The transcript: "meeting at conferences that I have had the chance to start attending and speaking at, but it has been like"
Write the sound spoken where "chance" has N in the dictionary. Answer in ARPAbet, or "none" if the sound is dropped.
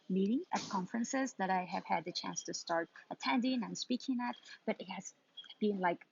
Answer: N